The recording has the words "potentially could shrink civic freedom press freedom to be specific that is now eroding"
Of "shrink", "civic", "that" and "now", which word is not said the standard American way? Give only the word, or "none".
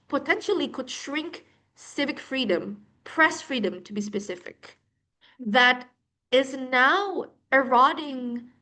none